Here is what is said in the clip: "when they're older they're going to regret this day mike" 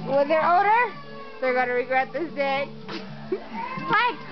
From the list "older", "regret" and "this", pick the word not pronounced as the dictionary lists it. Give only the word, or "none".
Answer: older